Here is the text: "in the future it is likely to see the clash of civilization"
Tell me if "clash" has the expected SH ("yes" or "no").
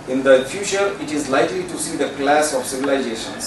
no